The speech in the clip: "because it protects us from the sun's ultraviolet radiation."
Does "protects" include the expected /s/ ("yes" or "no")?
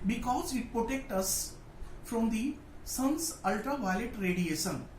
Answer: no